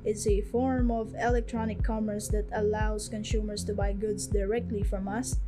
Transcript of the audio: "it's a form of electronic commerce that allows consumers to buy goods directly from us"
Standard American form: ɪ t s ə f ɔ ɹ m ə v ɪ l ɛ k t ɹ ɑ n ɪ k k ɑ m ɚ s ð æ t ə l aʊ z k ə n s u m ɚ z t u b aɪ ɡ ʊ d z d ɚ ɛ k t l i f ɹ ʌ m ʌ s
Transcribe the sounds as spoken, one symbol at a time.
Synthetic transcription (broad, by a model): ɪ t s ə f ɔ ɹ m ə v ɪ l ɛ k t ɹ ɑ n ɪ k k ɑ m ɚ s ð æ t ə l aʊ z k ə n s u m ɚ s t u b aɪ ɡ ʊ d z d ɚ ɛ k t l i f ɹ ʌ m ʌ s